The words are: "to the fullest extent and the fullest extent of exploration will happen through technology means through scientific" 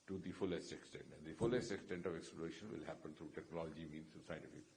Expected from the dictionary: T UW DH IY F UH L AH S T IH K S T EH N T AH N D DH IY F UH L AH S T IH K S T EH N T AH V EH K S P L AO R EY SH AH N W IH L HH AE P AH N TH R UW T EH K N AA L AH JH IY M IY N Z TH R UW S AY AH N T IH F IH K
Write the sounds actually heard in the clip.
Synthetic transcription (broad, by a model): T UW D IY F UH L AH S T IH K S T EH N T AH N D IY F UH L AH S T IH K S T EH N T AH V EH K S P L AO R EY SH AH N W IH L HH AE P AH N T R UW T EH K N AA L AH JH IY M IY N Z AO S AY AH N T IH F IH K